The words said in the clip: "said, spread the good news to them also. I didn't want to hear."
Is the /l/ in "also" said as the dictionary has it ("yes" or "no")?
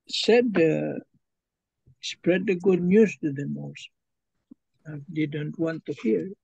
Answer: no